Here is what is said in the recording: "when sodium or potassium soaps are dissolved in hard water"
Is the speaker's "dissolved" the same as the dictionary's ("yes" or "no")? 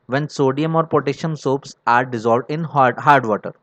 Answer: yes